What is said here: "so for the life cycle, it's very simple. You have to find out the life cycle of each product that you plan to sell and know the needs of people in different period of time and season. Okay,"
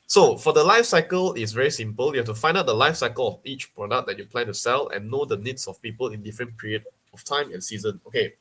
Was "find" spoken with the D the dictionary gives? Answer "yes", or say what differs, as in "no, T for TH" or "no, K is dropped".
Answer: yes